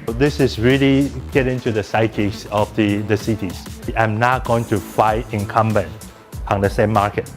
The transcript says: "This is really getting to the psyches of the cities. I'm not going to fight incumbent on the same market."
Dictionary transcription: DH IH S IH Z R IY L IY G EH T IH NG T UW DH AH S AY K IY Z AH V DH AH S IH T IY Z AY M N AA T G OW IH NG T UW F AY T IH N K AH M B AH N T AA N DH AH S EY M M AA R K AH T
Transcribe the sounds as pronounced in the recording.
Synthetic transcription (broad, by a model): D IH S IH S R IY L IY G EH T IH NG T UW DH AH S AY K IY S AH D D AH S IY T IY S AY M N AA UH G OW IH NG T UW F AY T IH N K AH M B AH N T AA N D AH S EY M M AA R K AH T